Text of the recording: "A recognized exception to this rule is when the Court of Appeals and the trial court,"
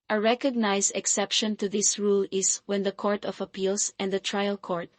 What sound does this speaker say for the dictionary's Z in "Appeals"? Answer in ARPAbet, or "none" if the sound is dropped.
S